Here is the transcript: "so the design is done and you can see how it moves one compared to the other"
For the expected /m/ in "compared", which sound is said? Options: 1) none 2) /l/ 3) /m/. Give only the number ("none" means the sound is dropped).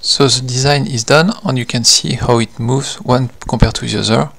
1